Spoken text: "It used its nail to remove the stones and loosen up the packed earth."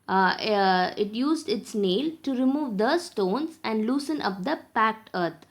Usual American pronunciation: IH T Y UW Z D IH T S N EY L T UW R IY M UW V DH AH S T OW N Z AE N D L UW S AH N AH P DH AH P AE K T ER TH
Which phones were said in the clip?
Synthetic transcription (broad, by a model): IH T Y UW Z D IH T S N EY L T UW R IY M UW V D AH S T OW N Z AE N D L UW S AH N AH P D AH P AE K T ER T